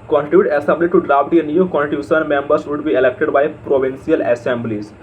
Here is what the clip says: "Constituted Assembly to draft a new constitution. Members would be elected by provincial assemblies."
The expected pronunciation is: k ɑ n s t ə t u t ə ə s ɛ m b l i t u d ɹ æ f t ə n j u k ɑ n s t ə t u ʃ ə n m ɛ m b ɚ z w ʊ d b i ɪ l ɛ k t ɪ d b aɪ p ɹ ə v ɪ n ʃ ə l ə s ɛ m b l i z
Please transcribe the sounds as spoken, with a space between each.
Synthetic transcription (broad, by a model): k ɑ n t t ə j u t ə ə s ɛ m b l i t u d ɹ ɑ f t ə n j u k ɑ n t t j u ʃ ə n m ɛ m b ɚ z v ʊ d b i ɪ l ɛ k t ɪ d b aɪ p ɹ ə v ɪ n s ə l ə s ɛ m b l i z